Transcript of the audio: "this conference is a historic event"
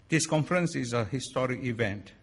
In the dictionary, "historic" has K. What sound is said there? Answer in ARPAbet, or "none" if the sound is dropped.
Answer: K